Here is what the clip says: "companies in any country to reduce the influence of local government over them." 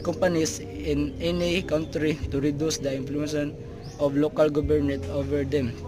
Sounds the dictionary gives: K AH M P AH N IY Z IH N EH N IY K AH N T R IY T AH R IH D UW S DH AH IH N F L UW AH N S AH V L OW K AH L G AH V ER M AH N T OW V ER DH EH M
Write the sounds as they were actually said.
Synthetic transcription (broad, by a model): K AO M P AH N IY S IH N EH N IY K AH N T R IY T AH R IH D UW S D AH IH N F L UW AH N AH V L OW K AH L G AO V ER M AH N T OW V ER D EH M